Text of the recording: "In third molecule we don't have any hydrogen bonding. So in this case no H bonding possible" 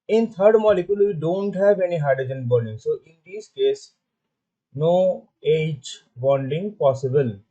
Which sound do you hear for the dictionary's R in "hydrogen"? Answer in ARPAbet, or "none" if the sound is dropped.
none